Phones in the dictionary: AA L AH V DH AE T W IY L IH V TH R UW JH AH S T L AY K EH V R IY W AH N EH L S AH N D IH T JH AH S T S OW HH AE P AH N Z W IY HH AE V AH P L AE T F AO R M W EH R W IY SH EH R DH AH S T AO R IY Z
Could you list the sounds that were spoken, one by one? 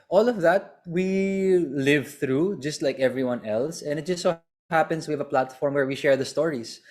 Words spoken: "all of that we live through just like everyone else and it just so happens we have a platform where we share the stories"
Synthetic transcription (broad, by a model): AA L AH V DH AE T W IY L IH V TH R UW JH AH S T L AY K EH V R IY W AH N EH L S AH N IH T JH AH S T S OW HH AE P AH N S W IY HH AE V AH P L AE T F AO R M W EH R W IY SH EH R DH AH S T AO R IY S